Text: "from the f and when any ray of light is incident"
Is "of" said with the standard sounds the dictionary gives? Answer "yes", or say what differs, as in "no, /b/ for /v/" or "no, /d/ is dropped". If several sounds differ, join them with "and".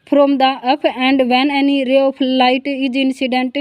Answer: no, /p/ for /v/